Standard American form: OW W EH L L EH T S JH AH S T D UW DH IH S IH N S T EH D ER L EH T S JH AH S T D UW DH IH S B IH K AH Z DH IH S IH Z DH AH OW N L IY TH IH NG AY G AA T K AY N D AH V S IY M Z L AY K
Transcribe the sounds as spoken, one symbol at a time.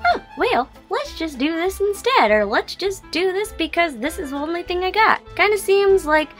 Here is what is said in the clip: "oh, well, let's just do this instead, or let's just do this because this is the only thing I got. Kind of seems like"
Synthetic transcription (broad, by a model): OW W EH L L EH T S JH AH S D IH DH IH S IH N S T EH D ER L EH T S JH AH S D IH DH IH S B IH K AH Z DH IH S IH Z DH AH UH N L IY TH IH NG AY G AA T K AY N D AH S IY M Z L AY K